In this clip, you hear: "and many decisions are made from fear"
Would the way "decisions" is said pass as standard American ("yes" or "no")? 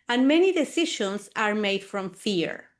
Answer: no